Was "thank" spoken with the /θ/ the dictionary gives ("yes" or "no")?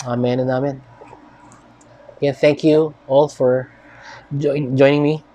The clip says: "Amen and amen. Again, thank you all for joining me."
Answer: yes